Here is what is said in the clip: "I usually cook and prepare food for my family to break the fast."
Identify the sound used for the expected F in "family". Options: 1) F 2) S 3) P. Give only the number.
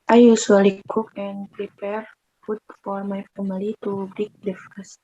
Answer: 3